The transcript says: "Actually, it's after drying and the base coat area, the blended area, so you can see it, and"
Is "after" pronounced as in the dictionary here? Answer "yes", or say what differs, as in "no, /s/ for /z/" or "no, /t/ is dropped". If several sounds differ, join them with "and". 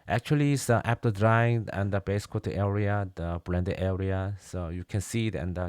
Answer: no, /p/ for /f/